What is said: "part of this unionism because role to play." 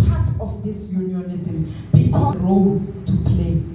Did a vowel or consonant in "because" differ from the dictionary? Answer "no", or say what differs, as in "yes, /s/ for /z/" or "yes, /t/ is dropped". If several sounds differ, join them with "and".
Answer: yes, /z/ is dropped